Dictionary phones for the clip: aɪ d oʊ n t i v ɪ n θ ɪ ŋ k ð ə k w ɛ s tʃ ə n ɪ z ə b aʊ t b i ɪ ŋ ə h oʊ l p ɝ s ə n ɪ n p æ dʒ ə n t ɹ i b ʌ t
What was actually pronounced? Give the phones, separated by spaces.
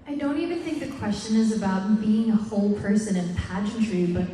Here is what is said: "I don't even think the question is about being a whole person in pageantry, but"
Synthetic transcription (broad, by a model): aɪ d oʊ n t i v ɪ n θ ɪ ŋ k ð ə k w ɛ s tʃ ə n ɪ z ə b aʊ t b i ɪ ŋ ə h oʊ l p ɝ s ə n ɪ n p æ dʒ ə n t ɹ i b ʌ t